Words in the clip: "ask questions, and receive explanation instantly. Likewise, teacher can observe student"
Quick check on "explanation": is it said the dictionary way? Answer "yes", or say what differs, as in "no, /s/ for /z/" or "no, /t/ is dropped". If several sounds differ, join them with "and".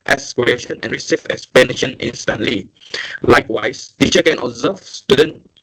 no, /l/ is dropped